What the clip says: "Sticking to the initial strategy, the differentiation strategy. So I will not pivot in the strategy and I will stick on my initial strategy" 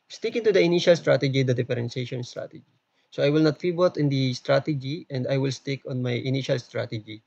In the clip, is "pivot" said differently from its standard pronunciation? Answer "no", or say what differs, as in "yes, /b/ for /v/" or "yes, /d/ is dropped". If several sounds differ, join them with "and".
yes, /f/ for /p/ and /b/ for /v/